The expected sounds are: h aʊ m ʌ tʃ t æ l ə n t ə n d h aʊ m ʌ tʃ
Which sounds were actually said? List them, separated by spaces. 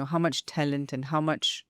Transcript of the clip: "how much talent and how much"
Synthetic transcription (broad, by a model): h aʊ m ʌ tʃ t æ l ə n t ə n h aʊ m ʌ tʃ